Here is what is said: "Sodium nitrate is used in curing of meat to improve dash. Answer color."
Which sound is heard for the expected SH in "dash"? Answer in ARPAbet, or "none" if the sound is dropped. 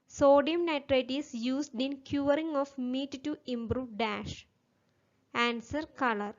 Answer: SH